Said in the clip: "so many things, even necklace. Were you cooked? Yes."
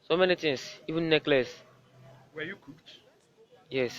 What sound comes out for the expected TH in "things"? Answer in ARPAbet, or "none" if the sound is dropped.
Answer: T